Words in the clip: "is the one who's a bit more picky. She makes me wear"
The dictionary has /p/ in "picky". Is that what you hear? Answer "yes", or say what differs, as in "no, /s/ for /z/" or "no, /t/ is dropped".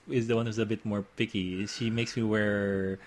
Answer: yes